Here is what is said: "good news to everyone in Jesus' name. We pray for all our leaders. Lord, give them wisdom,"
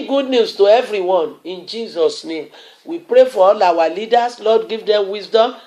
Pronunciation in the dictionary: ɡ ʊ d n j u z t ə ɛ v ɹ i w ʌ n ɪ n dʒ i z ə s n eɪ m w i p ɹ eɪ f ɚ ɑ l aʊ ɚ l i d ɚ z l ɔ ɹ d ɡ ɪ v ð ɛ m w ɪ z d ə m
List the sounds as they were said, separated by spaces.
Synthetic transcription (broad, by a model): ɡ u d n j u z t ə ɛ v ɹ i w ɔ n ɪ n dʒ i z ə s n eɪ m w i p ɹ eɪ f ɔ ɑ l aʊ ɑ l i d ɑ s l ɔ d ɡ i v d ɛ m w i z d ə m